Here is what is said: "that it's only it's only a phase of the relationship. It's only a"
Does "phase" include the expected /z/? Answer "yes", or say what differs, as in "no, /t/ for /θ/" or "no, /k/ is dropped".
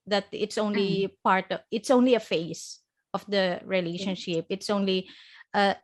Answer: no, /s/ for /z/